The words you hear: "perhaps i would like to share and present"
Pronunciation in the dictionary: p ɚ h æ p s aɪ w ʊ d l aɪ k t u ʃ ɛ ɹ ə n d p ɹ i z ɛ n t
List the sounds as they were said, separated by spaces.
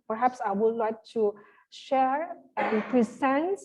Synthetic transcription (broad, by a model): p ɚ h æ p s aɪ w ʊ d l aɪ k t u ʃ ɛ ɹ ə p ɹ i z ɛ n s